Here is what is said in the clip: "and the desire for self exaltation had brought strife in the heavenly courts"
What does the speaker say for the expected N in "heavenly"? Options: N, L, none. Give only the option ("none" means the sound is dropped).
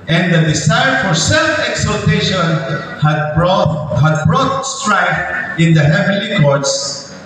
none